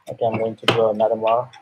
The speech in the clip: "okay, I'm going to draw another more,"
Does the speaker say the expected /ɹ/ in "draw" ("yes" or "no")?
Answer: no